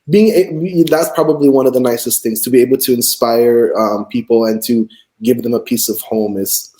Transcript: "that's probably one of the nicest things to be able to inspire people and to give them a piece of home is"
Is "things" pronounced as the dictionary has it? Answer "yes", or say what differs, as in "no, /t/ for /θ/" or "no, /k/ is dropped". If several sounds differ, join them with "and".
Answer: yes